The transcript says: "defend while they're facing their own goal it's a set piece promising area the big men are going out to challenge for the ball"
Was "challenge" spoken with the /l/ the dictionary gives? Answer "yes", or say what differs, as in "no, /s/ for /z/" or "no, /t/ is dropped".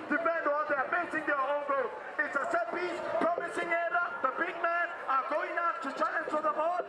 no, /n/ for /l/